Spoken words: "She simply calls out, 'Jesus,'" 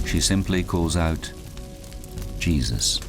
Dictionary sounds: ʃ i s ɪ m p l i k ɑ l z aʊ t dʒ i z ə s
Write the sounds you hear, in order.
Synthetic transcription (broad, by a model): ʃ i s ɪ m p l i k ɑ l z aʊ t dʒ i z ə s